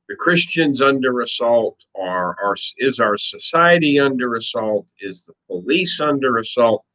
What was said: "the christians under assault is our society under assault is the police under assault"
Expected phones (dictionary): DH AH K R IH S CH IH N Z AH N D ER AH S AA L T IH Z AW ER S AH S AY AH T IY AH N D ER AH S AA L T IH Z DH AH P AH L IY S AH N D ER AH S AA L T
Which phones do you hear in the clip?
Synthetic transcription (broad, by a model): DH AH K R IH S CH IH N Z AH N D ER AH S AA L T IH Z AW ER S AH S AY AH T IY AH N D ER AH S AA L T IH Z DH AH P AH L IY S AH N D ER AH S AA L T